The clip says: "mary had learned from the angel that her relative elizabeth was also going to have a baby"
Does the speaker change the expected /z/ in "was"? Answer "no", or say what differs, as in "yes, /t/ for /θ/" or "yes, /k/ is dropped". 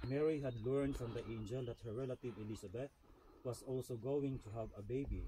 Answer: yes, /s/ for /z/